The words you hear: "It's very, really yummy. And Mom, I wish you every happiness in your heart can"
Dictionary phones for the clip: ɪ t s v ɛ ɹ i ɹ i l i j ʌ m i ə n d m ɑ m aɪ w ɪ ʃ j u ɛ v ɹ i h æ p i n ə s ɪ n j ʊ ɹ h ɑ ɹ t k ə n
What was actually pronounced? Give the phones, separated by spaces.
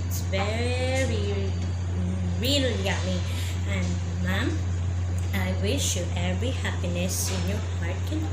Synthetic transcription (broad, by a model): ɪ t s v ɛ ɹ i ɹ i l j ʌ m i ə n m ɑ m aɪ w ɪ ʃ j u ɛ v ɹ i h æ p i n ə s ɪ n j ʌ ɹ h ɑ ɹ t k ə n